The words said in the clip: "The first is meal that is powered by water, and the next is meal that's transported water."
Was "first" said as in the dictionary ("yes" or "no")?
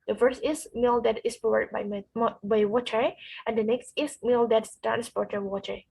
yes